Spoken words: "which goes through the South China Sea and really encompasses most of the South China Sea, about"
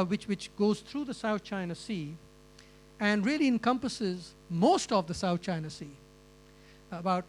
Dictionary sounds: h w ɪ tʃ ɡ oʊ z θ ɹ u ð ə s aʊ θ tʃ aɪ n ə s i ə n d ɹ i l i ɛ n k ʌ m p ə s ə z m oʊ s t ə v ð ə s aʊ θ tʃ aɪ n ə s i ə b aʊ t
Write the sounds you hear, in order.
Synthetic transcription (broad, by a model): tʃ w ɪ tʃ ɡ oʊ z t ɹ u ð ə s aʊ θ tʃ aɪ n ə s i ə n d ɹ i l i ɛ n k ʌ m p ə s ə z m oʊ s t ə v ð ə s aʊ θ tʃ aɪ n ə s i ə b aʊ t